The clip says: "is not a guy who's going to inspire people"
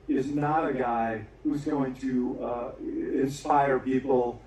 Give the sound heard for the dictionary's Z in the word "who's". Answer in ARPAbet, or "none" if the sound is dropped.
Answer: Z